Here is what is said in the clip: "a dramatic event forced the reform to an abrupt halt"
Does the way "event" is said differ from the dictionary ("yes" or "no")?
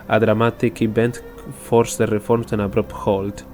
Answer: yes